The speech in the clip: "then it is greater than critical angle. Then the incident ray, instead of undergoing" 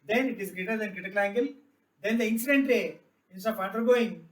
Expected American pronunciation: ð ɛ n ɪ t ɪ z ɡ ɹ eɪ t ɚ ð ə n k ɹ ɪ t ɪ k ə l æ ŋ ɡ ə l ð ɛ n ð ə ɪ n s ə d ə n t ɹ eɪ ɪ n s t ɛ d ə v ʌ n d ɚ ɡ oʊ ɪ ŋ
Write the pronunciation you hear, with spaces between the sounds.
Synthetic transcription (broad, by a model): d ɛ n ɪ t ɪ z ɡ ɹ eɪ t ɚ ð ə n k ɹ ɪ t ɪ k ə l æ ŋ ɡ ə l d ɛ n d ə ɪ n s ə d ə n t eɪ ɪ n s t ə f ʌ n d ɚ ɡ oʊ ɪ ŋ